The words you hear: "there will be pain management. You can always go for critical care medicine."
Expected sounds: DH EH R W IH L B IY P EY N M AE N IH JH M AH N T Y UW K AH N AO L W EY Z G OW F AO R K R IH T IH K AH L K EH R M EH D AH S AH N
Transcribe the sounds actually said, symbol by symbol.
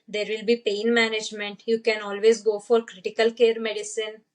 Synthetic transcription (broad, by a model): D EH R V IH L B IY P EY N M AE N IH JH M AH N T Y UW K AH N AO L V EY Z G OW F AO R K R IH T IH K AH L K EH R M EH D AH S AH N